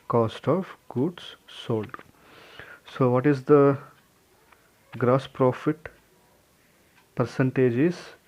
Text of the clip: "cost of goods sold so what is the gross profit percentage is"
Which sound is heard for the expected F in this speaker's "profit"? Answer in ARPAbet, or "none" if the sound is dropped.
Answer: F